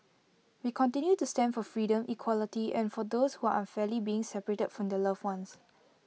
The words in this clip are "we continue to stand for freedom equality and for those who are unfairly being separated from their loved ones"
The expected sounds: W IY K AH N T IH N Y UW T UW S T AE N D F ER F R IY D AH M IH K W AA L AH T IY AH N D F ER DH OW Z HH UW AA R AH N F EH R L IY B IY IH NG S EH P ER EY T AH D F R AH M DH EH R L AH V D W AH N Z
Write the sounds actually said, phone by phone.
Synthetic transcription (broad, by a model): W IY K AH N T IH N Y UW T UW S T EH N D F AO F R IY D AH M IH K W AA L AH T IY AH N F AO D OW S HH UW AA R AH N F EH L IY B IY IH NG S EH P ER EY T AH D F R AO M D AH L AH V W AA N S